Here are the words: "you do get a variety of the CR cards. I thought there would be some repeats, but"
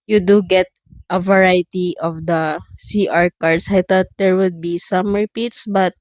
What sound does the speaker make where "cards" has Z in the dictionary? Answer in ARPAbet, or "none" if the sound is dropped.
S